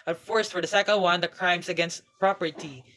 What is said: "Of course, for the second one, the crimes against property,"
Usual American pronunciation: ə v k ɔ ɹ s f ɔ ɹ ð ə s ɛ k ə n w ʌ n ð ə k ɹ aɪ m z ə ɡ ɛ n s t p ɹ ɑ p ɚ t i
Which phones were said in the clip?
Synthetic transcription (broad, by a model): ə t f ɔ ɹ s f ɔ ɹ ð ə s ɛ k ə l w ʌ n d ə k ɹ aɪ m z ə ɡ ɛ n s t p ɹ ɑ p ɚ t i